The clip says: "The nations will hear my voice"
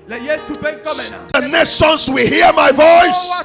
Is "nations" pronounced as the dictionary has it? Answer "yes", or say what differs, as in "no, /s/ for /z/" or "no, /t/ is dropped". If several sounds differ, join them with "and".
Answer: no, /s/ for /ʃ/ and /s/ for /z/